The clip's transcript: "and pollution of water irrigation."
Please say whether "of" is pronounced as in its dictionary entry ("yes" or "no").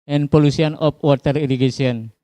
no